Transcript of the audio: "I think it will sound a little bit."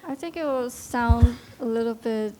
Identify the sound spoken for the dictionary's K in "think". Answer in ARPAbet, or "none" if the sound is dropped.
K